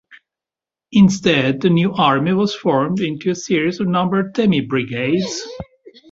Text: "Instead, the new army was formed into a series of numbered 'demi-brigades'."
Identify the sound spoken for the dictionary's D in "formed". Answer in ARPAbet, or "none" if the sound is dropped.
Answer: D